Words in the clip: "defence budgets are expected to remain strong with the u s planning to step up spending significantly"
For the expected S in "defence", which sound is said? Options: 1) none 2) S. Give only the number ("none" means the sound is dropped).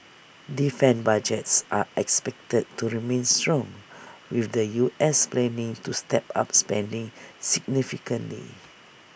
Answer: 1